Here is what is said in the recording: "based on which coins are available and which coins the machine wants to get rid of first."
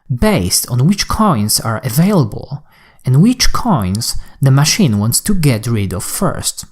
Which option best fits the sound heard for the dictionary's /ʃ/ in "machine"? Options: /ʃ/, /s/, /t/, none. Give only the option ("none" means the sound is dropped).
/ʃ/